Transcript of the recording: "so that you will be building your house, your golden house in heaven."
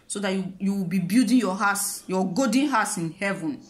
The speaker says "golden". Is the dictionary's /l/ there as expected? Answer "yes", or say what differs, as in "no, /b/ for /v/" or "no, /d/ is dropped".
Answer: no, /l/ is dropped